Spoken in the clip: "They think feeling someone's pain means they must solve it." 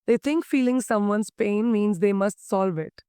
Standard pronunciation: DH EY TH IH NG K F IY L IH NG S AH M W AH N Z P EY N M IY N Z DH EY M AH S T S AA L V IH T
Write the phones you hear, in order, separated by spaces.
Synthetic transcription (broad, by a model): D EY T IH NG K F IY L IH NG S AH M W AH N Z P EY N M IY N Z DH EY M AH S T S AA L V IH T